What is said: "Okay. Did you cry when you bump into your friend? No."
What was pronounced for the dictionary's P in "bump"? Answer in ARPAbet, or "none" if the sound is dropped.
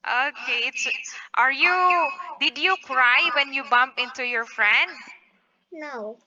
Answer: P